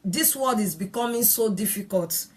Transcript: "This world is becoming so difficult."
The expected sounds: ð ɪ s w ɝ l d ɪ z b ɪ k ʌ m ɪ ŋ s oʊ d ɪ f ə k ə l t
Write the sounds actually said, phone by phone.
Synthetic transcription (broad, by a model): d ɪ s w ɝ d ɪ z b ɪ k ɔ m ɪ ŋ s oʊ d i f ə k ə l t